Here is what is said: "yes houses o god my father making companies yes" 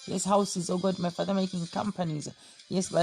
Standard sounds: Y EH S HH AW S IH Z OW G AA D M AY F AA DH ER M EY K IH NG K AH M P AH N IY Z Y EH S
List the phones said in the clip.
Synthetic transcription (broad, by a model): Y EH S HH AW S IH Z OW G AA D M AY F AA DH ER M EY K IH NG K AH M P AH N IY Z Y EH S